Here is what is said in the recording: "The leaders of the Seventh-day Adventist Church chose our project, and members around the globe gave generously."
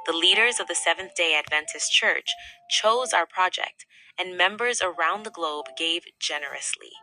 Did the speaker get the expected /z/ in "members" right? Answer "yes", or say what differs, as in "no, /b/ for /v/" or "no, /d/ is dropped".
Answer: yes